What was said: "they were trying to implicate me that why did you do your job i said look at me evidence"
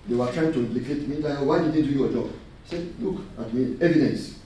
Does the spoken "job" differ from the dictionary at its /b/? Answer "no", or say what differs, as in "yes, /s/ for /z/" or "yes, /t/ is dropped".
yes, /b/ is dropped